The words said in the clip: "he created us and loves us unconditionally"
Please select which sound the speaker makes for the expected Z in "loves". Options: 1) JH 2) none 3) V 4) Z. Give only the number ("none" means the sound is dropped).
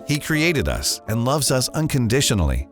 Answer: 4